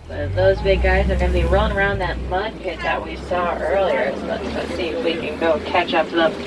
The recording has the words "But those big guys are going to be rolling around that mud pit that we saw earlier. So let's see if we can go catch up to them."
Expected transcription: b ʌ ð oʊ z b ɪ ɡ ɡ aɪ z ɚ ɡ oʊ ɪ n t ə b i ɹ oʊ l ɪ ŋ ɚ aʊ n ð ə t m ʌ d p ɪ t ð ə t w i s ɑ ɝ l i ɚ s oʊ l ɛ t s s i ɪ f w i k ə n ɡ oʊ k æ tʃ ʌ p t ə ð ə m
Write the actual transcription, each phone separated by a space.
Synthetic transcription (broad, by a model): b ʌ ð oʊ z b ɪ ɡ ɡ aɪ z ɚ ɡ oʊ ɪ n b i ɹ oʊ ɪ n ɚ aʊ n ð ə t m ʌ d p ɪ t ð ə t w i s ɑ ɝ l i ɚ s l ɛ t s s i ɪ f w i k ə n ɡ oʊ k æ tʃ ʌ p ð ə